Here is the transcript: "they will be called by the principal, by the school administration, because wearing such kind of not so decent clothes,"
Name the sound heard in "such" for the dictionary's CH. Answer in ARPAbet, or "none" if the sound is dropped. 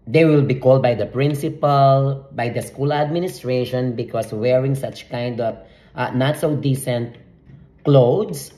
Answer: CH